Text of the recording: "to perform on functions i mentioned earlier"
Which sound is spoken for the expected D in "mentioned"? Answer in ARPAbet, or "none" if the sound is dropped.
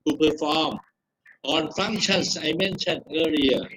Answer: none